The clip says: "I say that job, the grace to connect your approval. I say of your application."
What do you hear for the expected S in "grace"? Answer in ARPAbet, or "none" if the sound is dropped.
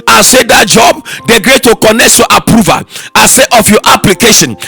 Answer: none